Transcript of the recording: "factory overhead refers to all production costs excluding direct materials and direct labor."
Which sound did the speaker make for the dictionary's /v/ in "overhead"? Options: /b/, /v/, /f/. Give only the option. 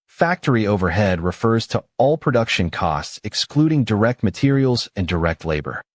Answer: /v/